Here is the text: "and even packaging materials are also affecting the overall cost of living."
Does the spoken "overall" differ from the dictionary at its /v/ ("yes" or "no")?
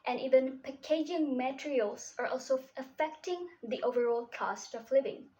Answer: no